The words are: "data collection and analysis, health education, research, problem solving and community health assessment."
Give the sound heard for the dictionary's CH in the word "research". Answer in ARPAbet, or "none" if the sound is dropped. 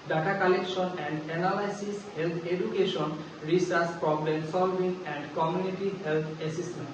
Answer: S